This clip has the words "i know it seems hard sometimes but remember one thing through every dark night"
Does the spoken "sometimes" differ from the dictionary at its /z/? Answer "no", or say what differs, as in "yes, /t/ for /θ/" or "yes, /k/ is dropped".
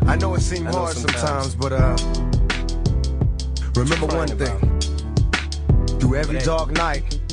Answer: no